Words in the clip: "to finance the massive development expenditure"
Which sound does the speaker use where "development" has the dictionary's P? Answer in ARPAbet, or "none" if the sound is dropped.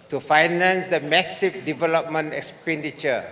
P